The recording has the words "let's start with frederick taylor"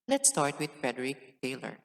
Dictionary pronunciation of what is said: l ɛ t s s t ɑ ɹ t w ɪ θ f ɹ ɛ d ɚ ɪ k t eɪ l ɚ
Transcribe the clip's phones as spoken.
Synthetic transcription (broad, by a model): l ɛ t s s t ɑ ɹ t w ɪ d f ɹ ɛ d ɚ ɪ k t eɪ l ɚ